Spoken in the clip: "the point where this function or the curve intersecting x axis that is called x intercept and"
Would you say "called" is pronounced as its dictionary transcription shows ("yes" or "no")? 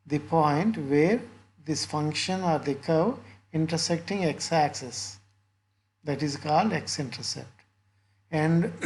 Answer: yes